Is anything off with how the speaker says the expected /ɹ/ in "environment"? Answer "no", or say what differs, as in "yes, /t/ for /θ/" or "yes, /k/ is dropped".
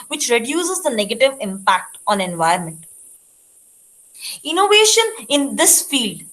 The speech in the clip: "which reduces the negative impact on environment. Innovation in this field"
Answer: yes, /ɹ/ is dropped